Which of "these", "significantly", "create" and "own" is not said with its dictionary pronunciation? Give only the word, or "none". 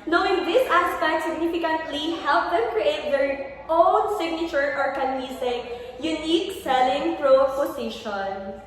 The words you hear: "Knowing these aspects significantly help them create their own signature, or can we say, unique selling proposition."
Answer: these